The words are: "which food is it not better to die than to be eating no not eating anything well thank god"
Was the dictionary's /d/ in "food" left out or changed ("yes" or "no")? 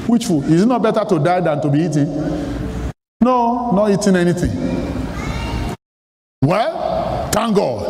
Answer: yes